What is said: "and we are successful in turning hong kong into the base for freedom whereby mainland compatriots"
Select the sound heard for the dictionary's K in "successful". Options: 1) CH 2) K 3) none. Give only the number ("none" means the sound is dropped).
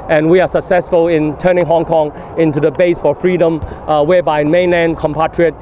2